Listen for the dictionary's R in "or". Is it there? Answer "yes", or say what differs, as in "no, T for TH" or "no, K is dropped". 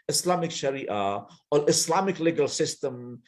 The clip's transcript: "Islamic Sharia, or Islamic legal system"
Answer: no, L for R